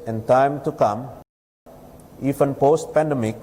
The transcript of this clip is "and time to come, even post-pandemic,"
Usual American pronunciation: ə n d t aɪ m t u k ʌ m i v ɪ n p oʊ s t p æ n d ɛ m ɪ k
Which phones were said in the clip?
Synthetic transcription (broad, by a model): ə n t aɪ m t u k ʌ m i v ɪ n p oʊ s t p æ n d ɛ m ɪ k